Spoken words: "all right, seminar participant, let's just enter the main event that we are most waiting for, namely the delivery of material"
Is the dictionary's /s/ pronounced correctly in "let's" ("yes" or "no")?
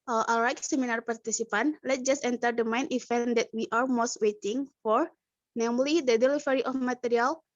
no